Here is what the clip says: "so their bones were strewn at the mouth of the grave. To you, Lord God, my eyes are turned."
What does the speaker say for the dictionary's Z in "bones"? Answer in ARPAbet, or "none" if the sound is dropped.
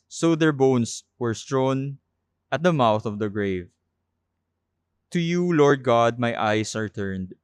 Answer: S